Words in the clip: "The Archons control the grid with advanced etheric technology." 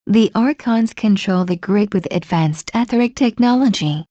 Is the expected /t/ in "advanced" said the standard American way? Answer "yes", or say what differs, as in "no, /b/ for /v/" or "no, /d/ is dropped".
yes